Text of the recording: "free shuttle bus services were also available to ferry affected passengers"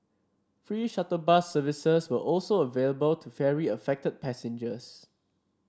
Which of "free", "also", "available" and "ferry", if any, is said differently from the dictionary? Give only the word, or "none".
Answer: none